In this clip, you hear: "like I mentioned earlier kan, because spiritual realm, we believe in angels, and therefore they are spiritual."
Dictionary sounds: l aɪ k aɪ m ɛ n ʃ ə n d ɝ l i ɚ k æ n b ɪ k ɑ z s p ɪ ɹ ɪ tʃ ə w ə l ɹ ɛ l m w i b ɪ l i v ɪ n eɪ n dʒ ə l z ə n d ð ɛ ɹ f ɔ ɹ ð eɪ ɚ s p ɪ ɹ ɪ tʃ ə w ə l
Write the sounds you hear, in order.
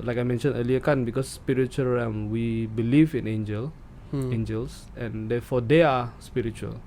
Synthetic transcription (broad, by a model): l aɪ k aɪ m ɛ n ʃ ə n ɝ l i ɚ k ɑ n b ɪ k ɑ s p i ɹ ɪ tʃ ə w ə l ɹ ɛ m w i b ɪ l i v ɪ n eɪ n dʒ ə l ə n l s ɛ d f ɔ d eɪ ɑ s p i ɹ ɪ tʃ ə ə l